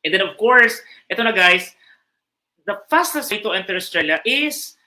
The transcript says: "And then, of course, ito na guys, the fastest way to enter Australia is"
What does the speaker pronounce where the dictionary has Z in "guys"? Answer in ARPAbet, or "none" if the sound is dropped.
S